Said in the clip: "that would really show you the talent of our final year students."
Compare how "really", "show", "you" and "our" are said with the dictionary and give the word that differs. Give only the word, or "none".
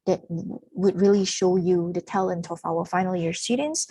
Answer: our